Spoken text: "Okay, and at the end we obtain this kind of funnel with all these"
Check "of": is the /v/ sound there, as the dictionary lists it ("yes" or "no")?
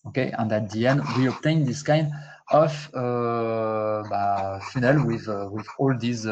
no